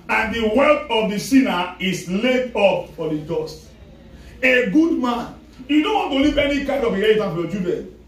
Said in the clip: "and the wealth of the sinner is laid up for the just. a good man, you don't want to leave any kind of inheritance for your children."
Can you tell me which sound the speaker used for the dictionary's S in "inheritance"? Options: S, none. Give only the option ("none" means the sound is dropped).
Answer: none